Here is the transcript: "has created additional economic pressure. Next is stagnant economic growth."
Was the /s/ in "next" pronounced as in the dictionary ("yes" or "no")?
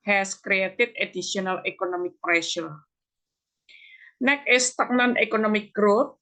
no